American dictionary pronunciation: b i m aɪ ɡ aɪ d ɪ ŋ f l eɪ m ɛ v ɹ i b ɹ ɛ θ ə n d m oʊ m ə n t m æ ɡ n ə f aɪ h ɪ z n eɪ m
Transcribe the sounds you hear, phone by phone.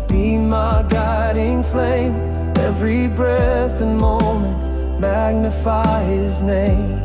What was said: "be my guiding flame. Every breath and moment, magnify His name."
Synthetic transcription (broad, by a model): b i m aɪ ɡ aɪ d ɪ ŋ f l eɪ m ɛ v ɹ i b ɹ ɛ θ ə n m oʊ m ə n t m æ ɡ n ə f aɪ h ɪ z n eɪ m